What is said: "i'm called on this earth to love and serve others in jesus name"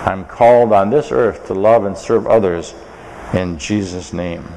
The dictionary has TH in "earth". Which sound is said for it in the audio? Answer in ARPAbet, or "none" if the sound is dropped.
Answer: TH